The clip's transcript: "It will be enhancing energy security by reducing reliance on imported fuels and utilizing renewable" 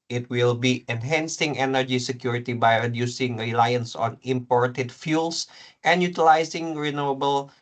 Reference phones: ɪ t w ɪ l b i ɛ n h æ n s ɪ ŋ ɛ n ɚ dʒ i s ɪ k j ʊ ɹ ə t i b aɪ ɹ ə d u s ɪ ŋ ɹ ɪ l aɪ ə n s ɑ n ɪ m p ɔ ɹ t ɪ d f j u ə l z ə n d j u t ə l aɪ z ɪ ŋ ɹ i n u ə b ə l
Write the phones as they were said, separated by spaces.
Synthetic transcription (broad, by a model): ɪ t w ɪ l b i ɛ n h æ n s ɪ ŋ ɛ n ɚ dʒ i s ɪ k j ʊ ɹ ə t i b aɪ ɹ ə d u s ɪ ŋ ɹ ɪ l aɪ ə n s ɑ n ɪ m p ɔ ɹ t ɪ d f j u l s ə n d j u t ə l aɪ s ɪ ŋ ɹ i n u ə b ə l